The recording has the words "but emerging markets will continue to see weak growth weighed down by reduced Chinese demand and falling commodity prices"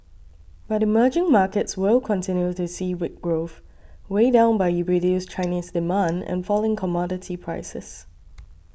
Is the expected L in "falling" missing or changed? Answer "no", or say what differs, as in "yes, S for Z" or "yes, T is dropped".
no